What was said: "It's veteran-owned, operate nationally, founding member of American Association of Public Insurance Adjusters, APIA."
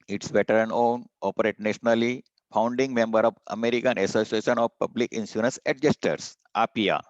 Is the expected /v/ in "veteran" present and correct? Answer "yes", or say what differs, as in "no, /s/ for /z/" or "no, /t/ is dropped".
no, /b/ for /v/